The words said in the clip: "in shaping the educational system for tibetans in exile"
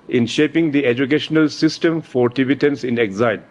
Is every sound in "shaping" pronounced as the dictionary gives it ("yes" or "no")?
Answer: yes